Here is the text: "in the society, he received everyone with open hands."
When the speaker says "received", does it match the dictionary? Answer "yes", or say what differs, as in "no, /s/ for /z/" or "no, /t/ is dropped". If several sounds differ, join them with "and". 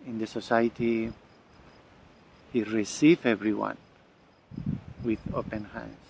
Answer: no, /d/ is dropped